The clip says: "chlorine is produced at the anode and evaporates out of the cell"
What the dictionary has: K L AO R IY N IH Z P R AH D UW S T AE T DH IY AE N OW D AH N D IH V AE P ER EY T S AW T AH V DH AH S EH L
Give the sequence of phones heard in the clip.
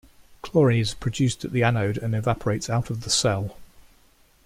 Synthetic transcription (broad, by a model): K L AO R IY IH Z P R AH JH UW S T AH T DH IY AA N OW D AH N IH V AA P ER EY T S AW T AH V DH AH S EH L